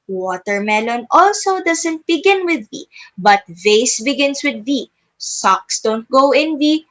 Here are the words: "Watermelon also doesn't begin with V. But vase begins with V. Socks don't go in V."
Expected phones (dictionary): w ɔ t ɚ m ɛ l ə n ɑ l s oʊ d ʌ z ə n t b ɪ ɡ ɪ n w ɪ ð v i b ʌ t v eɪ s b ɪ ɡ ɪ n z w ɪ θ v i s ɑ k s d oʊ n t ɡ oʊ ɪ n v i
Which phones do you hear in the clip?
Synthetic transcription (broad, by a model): w ɔ t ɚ m ɛ l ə n ɑ l s oʊ d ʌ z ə n t b ɪ ɡ ɪ n w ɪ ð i b ʌ t v eɪ s b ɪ ɡ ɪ n s w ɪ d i s ɑ k s d oʊ n t ɡ oʊ ɪ n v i